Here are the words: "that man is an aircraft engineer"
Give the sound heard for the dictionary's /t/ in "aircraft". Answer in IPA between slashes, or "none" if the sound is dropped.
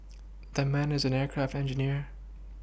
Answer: /t/